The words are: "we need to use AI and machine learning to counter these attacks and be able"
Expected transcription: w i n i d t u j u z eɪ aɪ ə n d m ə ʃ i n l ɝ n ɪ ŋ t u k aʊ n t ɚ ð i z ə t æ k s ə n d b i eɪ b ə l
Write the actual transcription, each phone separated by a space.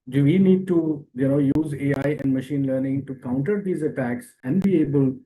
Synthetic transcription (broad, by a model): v i n i d t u j u z eɪ aɪ ə n d m ə ʃ i n l ɝ n ɪ ŋ t u k aʊ n t ɚ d i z ə t æ k s ə n d b i eɪ b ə l